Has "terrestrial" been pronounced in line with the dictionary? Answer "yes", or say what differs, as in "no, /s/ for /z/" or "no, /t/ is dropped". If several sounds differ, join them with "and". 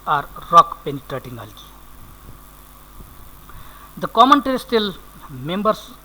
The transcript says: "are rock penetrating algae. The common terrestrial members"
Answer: no, /ɹ/ is dropped